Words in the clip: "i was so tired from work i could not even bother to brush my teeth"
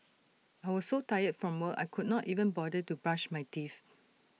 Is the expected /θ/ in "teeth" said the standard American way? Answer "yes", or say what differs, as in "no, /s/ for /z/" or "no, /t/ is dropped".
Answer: no, /f/ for /θ/